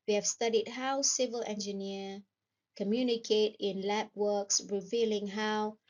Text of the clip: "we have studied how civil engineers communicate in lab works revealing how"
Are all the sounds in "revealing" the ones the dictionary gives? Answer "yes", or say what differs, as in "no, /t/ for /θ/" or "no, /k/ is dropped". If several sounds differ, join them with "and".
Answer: yes